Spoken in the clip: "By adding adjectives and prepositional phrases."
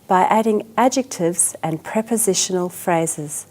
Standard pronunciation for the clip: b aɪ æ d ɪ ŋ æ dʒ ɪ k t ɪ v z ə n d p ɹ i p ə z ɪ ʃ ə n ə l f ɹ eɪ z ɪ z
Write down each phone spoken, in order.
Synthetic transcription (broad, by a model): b aɪ æ d ɪ ŋ æ dʒ ɪ k t ɪ v z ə n p ɹ i p ə z ɪ ʃ ə n ə l f ɹ eɪ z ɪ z